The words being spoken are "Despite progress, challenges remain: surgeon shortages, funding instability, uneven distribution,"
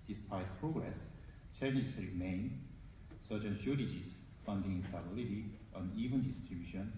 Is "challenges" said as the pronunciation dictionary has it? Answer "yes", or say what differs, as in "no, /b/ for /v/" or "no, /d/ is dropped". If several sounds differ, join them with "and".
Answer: no, /n/ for /l/ and /n/ is dropped